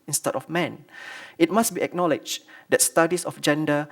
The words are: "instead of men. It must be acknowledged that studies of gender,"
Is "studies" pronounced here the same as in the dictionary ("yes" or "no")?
no